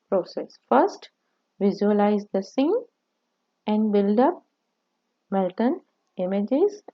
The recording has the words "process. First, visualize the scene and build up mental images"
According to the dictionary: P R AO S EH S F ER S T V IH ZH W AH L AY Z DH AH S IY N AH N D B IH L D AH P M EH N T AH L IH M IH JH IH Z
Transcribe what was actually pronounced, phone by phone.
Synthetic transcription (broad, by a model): P R AO S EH S F ER S T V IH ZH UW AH L AY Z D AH S IY N AH N D B IH L D AH P M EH L T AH N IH M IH JH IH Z